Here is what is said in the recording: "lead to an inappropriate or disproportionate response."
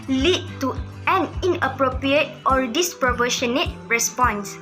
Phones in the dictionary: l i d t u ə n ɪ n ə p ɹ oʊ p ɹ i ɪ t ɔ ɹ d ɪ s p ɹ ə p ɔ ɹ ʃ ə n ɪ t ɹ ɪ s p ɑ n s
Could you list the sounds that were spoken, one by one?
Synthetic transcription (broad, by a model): l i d t u ə n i n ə p ɹ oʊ p ɹ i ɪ t ɔ ɹ d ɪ s p ɹ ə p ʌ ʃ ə n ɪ t ɹ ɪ s p ɑ n s